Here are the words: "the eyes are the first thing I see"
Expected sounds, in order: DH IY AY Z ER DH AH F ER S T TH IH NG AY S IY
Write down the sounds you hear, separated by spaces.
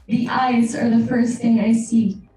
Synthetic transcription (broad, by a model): DH IY AY Z ER DH AH F ER S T TH IH NG AY S IY